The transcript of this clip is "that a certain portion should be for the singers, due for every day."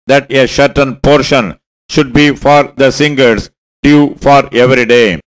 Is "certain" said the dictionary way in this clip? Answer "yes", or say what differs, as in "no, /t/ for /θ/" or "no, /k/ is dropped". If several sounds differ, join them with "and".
no, /ʃ/ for /s/